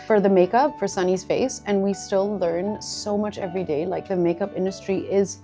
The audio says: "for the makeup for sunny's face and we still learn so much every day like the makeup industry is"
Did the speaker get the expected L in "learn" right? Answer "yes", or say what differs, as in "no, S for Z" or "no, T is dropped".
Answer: yes